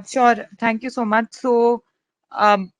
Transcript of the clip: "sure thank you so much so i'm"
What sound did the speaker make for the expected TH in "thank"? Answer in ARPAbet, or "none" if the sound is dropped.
T